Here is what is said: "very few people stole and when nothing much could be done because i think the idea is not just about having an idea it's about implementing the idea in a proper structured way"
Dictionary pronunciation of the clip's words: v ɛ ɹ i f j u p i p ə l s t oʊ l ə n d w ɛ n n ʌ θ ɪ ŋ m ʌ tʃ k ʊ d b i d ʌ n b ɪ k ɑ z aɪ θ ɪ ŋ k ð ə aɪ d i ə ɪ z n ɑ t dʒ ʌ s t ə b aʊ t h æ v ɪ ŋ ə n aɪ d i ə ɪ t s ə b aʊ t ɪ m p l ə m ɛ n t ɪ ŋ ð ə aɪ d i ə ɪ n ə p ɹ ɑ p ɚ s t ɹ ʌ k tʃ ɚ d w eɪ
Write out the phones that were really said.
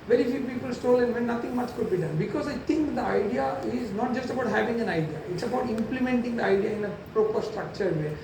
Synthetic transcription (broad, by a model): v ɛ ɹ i f j u p i p ə l s t oʊ l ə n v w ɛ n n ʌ t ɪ ŋ m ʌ tʃ k ʊ d b i d ʌ n b ɪ k ɑ z aɪ t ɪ ŋ k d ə aɪ d i ə ɪ z n ɑ t dʒ ʌ s t ə b aʊ t h æ v ɪ ŋ ə n aɪ d i ə ɪ t s ə b aʊ t ɪ m p l ə m ɛ n t ɪ ŋ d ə aɪ d i ə ɪ n ə p ɹ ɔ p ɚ s t ɹ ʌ k tʃ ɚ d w eɪ